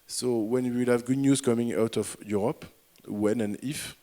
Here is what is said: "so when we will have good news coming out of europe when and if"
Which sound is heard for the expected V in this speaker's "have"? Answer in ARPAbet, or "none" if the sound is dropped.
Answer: V